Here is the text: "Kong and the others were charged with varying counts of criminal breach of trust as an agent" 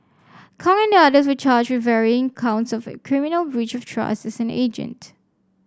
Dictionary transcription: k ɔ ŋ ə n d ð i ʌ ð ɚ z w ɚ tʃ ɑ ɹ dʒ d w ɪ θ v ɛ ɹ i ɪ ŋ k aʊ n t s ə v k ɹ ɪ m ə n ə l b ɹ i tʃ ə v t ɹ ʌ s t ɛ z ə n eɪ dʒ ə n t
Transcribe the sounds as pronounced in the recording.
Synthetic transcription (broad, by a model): k ɔ ŋ ə n d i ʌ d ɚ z w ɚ tʃ ɑ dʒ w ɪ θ v ɛ ɹ i ɪ ŋ k aʊ n t s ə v k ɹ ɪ m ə n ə l b ɹ i tʃ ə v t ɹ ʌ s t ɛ s ə n eɪ dʒ ə n t